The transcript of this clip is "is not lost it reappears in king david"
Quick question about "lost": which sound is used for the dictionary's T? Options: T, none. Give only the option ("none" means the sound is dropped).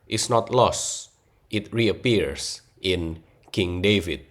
T